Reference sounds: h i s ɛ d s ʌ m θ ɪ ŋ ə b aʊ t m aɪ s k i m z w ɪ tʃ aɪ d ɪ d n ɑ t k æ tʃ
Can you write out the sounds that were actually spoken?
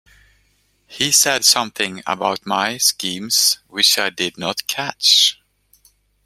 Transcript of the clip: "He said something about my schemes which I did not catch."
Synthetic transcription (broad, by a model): h i s ɛ d s ʌ m θ ɪ ŋ ə b aʊ t m aɪ s k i m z w ɪ tʃ aɪ d ɪ d n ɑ t k æ tʃ